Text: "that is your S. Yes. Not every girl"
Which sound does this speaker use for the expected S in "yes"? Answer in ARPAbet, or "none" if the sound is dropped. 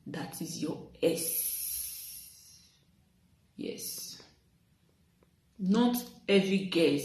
S